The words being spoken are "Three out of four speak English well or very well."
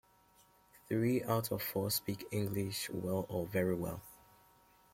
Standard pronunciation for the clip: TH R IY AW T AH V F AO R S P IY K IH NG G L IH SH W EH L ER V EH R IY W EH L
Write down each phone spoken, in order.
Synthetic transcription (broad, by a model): TH R IY AW T AH V F AO S P IY K IH NG G L IH SH W EH L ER V EH R IY W EH L